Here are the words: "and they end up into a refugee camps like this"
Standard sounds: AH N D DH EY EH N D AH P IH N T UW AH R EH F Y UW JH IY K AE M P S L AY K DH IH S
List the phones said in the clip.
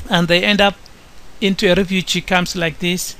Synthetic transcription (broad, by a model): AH N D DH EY EH N D AH P IH N T UW AH R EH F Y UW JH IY K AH M S L AY K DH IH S